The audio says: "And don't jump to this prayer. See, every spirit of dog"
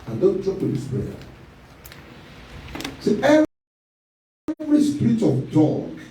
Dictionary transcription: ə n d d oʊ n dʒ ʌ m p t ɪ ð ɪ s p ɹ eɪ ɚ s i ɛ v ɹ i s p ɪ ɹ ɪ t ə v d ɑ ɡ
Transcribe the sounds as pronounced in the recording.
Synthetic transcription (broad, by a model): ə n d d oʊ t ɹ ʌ p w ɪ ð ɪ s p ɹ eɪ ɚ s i ɛ v ɹ i s p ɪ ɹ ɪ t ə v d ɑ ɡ